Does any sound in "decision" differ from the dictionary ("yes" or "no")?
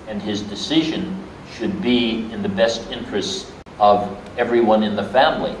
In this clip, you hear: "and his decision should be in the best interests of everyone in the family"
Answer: no